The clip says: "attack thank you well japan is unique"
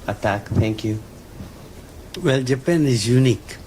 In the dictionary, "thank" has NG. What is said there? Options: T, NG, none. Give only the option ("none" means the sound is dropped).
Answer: NG